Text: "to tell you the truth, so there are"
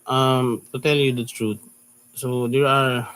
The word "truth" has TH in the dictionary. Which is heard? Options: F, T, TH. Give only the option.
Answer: T